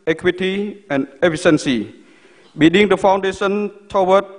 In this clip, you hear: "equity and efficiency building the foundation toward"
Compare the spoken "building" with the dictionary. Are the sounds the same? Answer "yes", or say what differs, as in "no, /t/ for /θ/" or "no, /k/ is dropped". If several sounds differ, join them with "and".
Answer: no, /l/ is dropped